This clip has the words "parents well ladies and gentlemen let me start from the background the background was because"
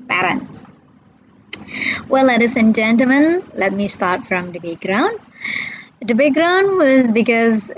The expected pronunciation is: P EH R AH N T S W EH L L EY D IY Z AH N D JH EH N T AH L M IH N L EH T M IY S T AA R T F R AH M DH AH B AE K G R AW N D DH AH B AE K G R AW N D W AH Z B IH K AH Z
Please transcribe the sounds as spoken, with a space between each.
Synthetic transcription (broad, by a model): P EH R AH N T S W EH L L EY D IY S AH N JH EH N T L M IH N L EH T M IY S T AA R T F R AH M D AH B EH G R AW N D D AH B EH G R AW N D W AH Z B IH K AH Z